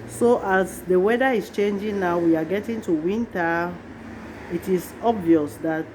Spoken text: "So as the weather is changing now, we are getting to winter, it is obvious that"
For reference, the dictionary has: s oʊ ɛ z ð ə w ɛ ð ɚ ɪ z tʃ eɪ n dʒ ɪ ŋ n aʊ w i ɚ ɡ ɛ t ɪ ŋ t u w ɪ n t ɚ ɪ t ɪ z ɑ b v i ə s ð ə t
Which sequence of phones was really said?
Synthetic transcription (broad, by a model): s oʊ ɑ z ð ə w ɛ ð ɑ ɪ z tʃ eɪ n dʒ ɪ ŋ n aʊ w i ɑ ɡ ɛ t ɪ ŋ t u w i n t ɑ ɪ t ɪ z ɑ b v i ə s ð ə t